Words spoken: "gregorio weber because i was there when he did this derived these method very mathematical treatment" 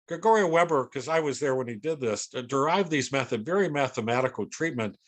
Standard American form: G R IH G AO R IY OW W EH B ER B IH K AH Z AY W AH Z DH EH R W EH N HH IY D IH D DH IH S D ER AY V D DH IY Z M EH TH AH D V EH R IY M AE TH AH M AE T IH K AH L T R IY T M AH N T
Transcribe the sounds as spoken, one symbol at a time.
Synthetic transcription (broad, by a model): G R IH G AO R IY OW W EH B ER K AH Z AY W AH Z DH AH R W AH N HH IY D IH D DH IH S D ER AY V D DH IY Z M EH TH AH D V EH R IY M AE TH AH M AE T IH K L T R IY T M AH N T